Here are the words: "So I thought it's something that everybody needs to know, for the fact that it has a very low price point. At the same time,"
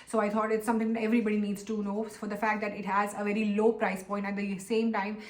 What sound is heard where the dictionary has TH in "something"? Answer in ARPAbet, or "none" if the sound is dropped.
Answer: T